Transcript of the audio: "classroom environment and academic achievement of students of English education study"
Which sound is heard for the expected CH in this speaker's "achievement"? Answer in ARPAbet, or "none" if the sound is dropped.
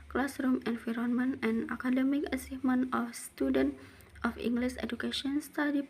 S